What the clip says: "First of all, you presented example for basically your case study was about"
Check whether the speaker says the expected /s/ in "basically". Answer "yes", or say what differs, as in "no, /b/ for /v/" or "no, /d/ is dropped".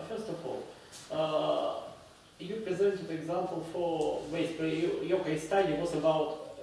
no, /s/ is dropped